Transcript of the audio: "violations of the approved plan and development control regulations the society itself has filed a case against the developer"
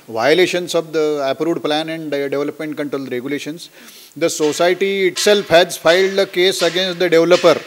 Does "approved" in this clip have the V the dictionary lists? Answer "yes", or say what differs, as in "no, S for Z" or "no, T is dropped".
no, V is dropped